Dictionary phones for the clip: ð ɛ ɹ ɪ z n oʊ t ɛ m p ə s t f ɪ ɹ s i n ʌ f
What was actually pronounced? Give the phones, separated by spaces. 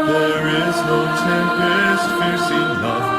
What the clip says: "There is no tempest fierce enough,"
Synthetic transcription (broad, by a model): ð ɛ ɹ ɪ z n oʊ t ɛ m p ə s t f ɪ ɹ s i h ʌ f